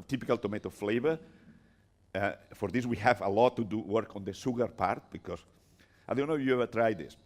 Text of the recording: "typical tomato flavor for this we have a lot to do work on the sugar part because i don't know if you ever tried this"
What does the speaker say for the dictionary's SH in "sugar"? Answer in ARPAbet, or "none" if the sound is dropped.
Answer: S